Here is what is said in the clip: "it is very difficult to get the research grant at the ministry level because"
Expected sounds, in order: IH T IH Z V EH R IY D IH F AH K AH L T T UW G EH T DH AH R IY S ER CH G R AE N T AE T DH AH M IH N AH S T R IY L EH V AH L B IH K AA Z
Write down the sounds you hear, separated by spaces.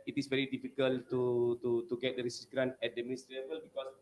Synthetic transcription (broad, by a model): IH T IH S V EH R IY D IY F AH K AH L T T UW G EH T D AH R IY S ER S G R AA N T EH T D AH M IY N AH S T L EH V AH L B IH K AA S